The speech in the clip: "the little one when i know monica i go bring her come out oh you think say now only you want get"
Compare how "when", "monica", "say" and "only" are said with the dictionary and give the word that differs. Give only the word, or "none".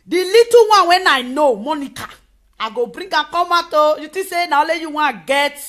only